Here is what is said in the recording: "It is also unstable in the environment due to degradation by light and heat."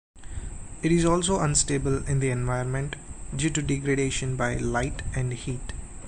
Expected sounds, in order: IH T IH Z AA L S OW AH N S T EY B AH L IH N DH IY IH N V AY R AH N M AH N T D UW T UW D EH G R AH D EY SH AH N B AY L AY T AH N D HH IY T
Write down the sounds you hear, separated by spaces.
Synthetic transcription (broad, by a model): IH T IH Z AA L S OW AH N S T EY B AH L IH N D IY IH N V AY AH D M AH N T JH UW T UW D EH G R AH D EY SH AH N B AY L AY T AH N D HH IY T